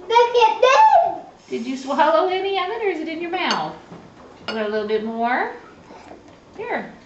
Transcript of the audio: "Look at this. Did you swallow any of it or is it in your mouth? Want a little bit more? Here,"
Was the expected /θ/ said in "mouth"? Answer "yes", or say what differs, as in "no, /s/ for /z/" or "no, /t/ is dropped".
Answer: yes